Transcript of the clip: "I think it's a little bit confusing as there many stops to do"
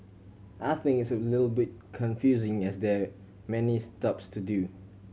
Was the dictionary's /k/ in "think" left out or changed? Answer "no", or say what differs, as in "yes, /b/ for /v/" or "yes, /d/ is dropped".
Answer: yes, /k/ is dropped